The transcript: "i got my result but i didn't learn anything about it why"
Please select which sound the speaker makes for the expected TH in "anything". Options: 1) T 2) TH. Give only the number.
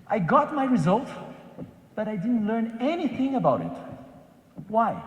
2